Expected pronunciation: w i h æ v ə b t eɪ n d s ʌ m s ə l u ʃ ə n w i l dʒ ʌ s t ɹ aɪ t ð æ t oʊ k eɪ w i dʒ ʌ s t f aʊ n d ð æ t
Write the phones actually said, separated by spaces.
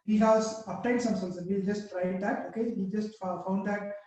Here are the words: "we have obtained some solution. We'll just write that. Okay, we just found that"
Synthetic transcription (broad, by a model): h i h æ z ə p t eɪ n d s ʌ m s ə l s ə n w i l dʒ ʌ s t ɹ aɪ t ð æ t oʊ k eɪ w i dʒ ʌ s t f aʊ n d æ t